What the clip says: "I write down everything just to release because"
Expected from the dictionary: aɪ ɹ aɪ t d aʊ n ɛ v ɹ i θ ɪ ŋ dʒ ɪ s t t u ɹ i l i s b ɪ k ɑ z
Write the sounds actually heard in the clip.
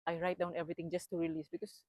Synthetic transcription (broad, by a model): aɪ ɹ aɪ t d aʊ n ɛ v ɹ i t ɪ ŋ dʒ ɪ s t t u ɹ i l i s b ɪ k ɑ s